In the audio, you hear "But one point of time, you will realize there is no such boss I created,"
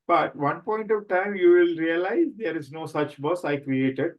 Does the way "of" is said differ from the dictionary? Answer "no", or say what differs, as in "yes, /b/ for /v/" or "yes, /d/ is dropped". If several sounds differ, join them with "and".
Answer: no